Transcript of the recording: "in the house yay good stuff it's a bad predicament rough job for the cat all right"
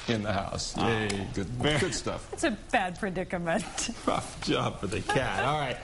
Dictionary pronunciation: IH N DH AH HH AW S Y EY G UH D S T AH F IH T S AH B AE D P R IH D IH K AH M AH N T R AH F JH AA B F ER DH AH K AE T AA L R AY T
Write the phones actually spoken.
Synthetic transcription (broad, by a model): IH N DH AH HH AW S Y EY G UH D S T AH F IH T S AH B AE D P R IH D IH K AH M AH N T R AH F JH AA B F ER DH AH K AE T AA L R AY T